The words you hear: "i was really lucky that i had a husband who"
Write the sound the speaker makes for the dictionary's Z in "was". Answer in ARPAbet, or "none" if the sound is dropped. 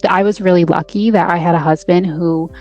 Z